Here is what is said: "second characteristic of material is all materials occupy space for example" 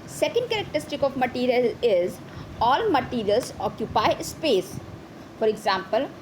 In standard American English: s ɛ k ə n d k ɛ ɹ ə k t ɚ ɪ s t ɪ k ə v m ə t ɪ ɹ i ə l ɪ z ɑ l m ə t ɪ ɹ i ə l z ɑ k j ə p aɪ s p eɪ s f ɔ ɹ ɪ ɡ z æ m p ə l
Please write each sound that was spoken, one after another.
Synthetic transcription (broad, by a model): s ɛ k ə n d k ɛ ɹ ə k t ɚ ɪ s t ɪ k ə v m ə t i ɹ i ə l ɪ z ɑ l m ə t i ɹ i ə l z ɑ k j ə p aɪ s p eɪ s f ɔ ɹ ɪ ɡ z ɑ m p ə l